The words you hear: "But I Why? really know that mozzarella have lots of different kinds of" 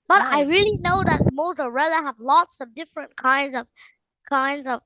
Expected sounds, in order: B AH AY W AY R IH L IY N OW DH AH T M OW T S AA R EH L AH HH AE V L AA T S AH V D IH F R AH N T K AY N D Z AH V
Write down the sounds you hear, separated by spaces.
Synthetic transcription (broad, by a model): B AH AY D AY R IH L IY N OW DH AH T M OW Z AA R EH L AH HH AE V L AA T S AH V D IH F R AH N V K AY N D Z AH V